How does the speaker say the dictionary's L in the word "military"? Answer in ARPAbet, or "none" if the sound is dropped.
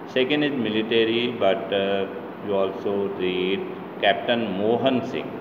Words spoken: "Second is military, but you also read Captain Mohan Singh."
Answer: L